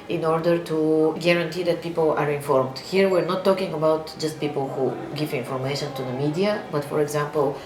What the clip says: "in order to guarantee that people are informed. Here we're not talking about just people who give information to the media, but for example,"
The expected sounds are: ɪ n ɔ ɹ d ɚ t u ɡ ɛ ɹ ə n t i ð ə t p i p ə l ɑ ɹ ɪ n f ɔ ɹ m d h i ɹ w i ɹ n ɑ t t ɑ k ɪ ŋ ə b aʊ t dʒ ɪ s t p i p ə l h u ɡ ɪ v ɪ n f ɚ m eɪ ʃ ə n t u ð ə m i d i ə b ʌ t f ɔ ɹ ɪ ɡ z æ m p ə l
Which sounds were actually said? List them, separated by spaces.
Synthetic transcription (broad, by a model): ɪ n ɔ ɹ d ɚ t u ɡ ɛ ɹ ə n t i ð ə t p i p ə l ɑ ɹ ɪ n f ɔ ɹ m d h i ɹ w i ɹ n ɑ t t ɑ k ɪ ŋ ə b aʊ t dʒ ɪ s t p i p ə l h u ɡ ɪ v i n f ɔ m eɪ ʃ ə n t u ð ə m i d i ə b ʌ t f ɔ ɹ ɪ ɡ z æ m p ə l